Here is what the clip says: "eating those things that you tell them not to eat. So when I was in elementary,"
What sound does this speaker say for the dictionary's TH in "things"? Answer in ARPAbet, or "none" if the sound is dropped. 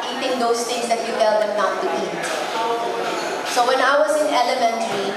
T